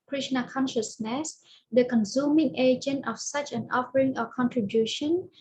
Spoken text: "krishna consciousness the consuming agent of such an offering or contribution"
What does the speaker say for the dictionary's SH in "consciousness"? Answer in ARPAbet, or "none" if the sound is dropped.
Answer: SH